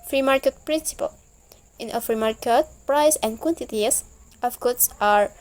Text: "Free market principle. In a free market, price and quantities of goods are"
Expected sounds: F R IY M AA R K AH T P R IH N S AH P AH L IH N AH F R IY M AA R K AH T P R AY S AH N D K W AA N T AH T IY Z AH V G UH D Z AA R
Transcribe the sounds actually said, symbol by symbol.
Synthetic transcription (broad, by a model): F R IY M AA R K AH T P R IH N S AH P AH L IH N AH F R IY M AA R K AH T P R AY S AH N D K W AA N T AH T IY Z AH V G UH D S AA R